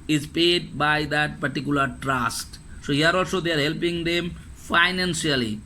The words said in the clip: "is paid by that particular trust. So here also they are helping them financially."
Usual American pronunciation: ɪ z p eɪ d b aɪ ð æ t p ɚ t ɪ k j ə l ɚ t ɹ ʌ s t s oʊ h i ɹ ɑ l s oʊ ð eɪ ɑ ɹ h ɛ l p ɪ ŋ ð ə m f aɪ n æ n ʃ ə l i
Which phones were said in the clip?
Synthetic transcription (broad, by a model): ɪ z p eɪ d b aɪ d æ t p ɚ t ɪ k j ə l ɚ t ɹ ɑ s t s oʊ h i ɹ ɑ l s oʊ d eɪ ɑ ɹ h ɛ l p ɪ ŋ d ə m f aɪ n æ n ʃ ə l i